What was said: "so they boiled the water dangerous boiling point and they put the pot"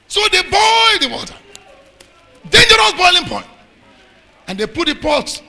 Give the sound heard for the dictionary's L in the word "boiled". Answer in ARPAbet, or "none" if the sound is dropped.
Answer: none